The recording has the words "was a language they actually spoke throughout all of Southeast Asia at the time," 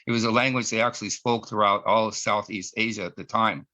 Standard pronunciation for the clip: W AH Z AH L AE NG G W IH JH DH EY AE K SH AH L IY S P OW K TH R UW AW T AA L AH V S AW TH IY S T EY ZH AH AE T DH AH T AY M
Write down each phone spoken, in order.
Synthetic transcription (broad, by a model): W AH Z AH L AE NG G W IH JH DH EY AE K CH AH L IY S P OW K TH R UW AW T AA L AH S AW TH IY S T EY ZH AH T DH AH T AY M